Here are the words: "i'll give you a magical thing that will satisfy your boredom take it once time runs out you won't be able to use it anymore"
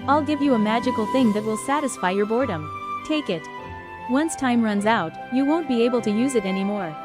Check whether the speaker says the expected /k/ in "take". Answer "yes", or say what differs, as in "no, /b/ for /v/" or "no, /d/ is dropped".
yes